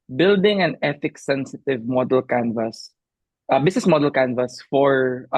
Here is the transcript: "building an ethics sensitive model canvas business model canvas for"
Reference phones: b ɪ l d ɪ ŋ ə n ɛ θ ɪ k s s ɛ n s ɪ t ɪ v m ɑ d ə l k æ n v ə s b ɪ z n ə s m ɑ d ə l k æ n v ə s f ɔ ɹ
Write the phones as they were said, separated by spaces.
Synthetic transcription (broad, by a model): b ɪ l d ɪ ŋ ə n ɛ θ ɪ k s s ɛ n s ɪ t ɪ v m ɑ d ə l k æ n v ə s b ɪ s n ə s m ɑ d ə l k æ n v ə s f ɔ ɹ